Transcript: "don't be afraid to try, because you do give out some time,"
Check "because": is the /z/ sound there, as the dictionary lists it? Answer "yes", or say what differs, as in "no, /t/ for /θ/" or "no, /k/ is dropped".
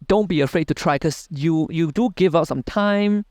no, /z/ is dropped